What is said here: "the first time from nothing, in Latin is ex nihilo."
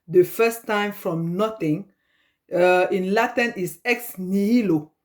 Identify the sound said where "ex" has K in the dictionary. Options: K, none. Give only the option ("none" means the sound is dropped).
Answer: K